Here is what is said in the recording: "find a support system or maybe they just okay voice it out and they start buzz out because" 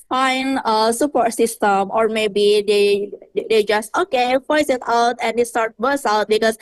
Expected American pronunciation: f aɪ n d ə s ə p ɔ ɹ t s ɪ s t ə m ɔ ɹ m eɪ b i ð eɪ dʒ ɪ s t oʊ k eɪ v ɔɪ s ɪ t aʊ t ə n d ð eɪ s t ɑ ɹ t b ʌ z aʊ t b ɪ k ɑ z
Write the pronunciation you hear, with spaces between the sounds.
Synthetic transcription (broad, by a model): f aɪ n ə s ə p ɔ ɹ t s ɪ s t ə m ɔ ɹ m eɪ b i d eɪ dʒ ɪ s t oʊ k eɪ p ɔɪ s ɪ t aʊ t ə n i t s t ɑ ɹ t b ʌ s aʊ t b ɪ k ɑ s